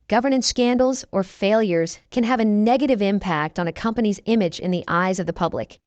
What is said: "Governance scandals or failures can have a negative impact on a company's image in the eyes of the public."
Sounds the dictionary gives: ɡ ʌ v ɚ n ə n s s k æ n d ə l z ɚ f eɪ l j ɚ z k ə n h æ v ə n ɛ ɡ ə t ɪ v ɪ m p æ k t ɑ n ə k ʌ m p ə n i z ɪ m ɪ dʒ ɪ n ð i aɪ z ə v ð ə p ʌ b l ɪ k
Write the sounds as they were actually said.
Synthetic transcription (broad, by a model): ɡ ʌ v ɚ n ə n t s k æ n d l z ɚ f eɪ l j ɚ z k ə n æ v ə n ɛ ɡ ə t ɪ v ɪ m p æ k t n ə k ʌ m p ə n i z ɪ m ɪ dʒ ɪ n ð i aɪ z ə v ð ə p ʌ b l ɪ k